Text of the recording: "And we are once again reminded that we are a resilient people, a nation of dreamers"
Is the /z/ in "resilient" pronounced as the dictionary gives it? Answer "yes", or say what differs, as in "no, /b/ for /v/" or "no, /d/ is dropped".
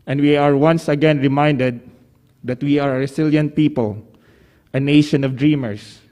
no, /s/ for /z/